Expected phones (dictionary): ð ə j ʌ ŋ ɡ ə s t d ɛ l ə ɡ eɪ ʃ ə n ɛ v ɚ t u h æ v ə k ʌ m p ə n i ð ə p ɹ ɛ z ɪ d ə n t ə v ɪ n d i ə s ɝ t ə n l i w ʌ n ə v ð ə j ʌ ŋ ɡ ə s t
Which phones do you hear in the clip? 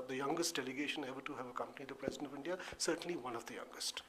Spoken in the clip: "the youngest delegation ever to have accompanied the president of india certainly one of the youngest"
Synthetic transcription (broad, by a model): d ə j ʌ ŋ ɡ ə s t d ɛ l ə ɡ eɪ ʃ ə n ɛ b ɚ t u h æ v ə k ʌ m p ə n i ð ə p ɹ ɛ z ɪ d ə n t ə v ɪ n d i ə s ɝ t ə n l i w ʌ n ə v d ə j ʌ ŋ ɡ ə s t